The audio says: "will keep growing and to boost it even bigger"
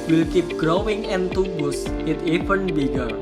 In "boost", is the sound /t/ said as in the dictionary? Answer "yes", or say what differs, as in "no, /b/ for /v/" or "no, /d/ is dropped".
no, /t/ is dropped